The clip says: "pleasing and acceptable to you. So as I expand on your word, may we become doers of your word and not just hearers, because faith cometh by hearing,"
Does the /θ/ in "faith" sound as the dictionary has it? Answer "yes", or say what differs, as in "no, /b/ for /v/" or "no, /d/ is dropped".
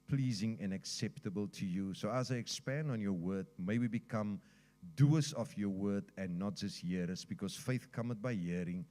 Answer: yes